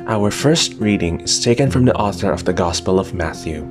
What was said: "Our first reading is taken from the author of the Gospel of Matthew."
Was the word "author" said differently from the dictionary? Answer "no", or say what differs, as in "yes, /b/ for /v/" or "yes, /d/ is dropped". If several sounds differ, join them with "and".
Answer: no